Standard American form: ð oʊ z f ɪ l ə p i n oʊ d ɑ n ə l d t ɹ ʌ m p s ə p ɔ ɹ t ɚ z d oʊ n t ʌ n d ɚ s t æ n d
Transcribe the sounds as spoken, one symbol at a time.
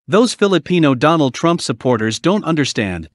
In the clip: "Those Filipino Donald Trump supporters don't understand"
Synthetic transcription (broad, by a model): ð oʊ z f ɪ l ə p i n oʊ d ɑ n l d t ɹ ʌ m p s ə p ɔ ɹ t ɚ z d oʊ n t ʌ n d ɚ s t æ n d